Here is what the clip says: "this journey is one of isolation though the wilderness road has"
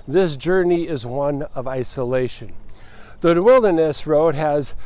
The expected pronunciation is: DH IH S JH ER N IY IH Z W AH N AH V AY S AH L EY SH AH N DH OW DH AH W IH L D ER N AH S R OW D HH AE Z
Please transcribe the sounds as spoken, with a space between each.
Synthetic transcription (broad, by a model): DH IH S JH ER N IY IH Z W AH N AH V AY S AH L EY SH AH N DH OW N W IH L D ER N AH S R OW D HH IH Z